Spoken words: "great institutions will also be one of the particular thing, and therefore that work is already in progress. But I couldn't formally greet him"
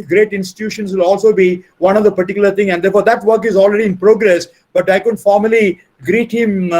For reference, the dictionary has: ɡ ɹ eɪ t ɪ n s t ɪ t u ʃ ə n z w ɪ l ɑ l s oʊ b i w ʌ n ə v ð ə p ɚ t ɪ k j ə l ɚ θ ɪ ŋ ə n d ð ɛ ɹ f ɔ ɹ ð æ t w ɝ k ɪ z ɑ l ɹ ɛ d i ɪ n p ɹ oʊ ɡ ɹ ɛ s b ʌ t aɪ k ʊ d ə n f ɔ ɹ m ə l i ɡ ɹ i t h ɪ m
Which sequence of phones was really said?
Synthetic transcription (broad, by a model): ɡ ɹ eɪ t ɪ n s t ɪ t u ʃ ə n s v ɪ l ɑ l s oʊ b i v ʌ n ə v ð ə p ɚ t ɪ k j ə l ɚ t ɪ ŋ ə n d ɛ ɹ f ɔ ɹ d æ t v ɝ k ɪ z ɑ l ɹ ɛ d i ɪ n p ɹ oʊ ɡ ɹ ɛ s b ʌ t aɪ k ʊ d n f ɔ ɹ m ə l i ɡ ɹ i t h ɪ m